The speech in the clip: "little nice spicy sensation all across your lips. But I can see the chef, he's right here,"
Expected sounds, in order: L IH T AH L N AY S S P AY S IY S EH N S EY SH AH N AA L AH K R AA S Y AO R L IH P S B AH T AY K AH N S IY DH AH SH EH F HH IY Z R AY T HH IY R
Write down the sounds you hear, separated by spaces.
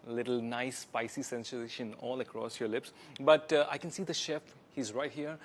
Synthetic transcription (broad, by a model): L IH T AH L N AY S S P AY S IY S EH N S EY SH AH N AA L AH K R AA S Y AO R L IH P S B AH T AY K AH N S IY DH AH SH EH F HH IY Z R AY T HH IY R